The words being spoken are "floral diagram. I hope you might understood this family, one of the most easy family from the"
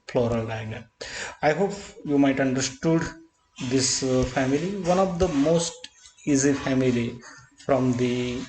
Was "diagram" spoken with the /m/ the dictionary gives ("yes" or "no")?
no